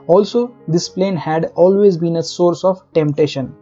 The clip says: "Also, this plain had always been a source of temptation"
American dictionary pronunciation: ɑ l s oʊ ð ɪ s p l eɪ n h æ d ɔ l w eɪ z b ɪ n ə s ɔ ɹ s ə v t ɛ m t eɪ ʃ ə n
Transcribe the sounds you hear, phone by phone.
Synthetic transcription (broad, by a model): ɑ l s oʊ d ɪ s p l eɪ n h æ d ɔ l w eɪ z b ɪ n ə s ɔ ɹ s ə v t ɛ m t eɪ ʃ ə n